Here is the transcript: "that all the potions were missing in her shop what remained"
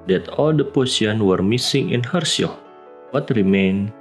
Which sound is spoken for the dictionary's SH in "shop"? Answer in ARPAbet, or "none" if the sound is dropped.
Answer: S